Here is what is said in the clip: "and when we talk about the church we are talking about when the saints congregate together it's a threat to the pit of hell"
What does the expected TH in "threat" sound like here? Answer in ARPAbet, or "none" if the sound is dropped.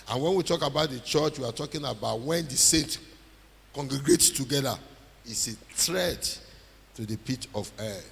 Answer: T